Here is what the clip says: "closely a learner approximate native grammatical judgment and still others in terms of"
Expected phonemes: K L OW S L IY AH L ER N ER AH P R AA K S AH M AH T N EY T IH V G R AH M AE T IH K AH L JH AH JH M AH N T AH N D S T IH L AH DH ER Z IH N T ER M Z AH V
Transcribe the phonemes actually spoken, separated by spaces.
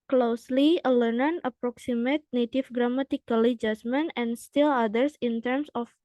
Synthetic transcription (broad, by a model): K L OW S L IY AH L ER N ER AH P R AA K S AH M AH T N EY T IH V G R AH M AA T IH K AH L JH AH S M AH N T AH N S T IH L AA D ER S IH N T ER M S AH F